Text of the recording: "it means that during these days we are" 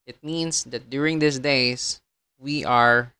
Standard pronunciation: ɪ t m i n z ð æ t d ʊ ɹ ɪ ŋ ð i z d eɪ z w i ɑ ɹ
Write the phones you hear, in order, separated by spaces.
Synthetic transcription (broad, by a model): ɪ t m i n s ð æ t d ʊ ɹ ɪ ŋ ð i s d eɪ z w i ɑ ɹ